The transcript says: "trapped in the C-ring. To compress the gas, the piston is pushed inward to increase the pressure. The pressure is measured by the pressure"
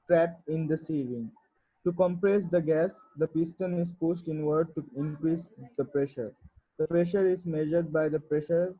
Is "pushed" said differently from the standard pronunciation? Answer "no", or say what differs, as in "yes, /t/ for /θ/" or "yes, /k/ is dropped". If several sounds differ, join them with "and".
yes, /s/ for /ʃ/